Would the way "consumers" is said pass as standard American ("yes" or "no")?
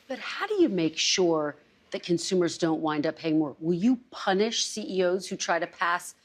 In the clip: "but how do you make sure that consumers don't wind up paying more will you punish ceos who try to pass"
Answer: yes